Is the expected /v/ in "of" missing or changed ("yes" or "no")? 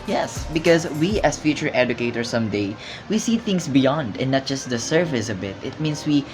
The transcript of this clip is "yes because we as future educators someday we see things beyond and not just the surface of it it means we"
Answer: yes